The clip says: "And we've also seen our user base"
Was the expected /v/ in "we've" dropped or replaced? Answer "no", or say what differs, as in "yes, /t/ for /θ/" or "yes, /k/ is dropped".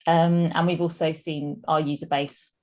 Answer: no